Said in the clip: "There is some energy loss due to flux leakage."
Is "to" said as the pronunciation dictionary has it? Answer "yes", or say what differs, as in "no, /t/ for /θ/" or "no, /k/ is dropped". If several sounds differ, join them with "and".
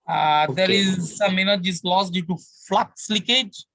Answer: yes